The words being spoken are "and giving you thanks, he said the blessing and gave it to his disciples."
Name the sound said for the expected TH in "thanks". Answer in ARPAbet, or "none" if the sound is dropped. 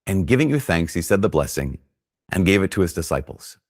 TH